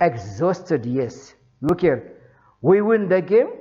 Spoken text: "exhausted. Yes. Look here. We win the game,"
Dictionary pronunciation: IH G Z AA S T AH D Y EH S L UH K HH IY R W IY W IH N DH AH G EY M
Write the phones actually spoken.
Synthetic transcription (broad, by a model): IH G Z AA S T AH D Y EH S N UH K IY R W IY W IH N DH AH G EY M